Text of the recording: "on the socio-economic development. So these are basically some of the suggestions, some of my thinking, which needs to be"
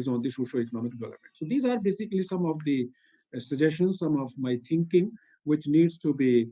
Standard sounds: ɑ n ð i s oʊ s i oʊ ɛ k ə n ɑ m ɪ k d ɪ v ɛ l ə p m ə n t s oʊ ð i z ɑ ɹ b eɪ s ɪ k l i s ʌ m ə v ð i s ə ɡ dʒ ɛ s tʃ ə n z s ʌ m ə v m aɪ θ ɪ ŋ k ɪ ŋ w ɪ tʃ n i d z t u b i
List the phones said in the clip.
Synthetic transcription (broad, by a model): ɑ n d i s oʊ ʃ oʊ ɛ k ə n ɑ m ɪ k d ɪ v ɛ l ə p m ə n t s oʊ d i z ɑ ɹ b eɪ s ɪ k l i s ʌ m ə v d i s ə dʒ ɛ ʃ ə n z s ʌ m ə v m aɪ t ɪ ŋ k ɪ ŋ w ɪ tʃ n i d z t u b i